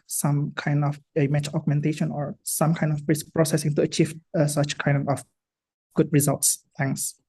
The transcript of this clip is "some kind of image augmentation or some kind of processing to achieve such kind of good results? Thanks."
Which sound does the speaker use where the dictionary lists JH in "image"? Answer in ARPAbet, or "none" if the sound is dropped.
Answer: CH